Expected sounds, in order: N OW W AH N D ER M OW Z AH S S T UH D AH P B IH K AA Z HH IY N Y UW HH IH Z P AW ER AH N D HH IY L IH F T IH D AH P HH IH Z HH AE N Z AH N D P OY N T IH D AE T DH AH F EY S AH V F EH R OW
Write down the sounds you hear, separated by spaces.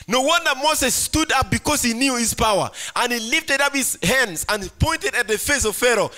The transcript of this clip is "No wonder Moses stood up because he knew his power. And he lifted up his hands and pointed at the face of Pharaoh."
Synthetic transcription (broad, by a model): N OW W AH N D ER M OW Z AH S S T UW D AH P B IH K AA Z HH IY N Y UW HH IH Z P AW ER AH N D HH IY L IH F T IH D AH P HH IH Z HH AE N Z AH N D P OY N T IH D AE T DH AH F EY S AH V F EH R OW